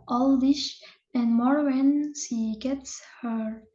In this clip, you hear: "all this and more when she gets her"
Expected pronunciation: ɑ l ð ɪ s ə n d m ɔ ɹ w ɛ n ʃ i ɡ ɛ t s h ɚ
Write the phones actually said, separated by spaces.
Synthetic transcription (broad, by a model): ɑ l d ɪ ʃ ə n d m ɔ ɹ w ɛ n ʃ i ɡ ɛ t s h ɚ